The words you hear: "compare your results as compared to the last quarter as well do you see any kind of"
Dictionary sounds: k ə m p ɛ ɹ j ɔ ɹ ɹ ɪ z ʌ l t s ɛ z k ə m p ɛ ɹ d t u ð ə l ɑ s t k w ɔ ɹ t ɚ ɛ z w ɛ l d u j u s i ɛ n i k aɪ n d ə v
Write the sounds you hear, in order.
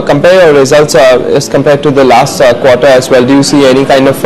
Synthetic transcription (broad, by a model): k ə m p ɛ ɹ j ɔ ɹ ɹ ɪ z ʌ l t s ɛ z k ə m p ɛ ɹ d t u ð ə l ɑ s t k w ɔ ɹ t ɚ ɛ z w ɛ l d u j u s i ɛ n i k aɪ n d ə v